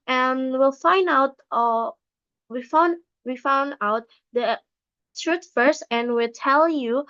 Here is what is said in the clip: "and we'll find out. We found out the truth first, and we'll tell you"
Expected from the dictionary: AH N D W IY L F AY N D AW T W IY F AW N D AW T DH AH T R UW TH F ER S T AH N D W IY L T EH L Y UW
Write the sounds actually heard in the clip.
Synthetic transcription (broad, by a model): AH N W IY L F AY N D AW T W IY F AW N D AW T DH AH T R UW T F ER S T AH N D W IY L T EH L Y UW